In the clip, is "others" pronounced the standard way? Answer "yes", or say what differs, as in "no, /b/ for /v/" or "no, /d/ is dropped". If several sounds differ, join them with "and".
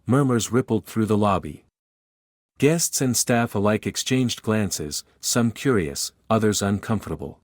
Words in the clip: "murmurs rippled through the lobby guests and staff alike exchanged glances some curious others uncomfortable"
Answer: yes